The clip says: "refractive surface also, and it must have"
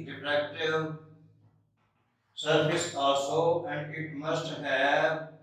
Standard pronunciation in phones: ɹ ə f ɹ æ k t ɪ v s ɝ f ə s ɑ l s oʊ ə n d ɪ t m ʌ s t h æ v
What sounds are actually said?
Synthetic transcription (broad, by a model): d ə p ɹ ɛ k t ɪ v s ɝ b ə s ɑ s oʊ ə n d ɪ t m ʌ s t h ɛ